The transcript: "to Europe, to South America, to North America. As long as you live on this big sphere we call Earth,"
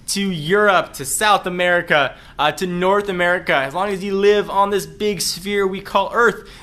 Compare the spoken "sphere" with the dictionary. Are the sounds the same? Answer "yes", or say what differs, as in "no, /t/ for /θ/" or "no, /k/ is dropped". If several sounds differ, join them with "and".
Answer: yes